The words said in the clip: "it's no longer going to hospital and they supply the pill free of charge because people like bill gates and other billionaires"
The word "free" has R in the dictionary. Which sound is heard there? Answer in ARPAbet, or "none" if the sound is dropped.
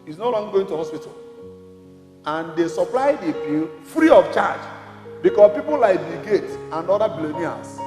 R